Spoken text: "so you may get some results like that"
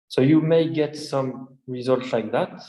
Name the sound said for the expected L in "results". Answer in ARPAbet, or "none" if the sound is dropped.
L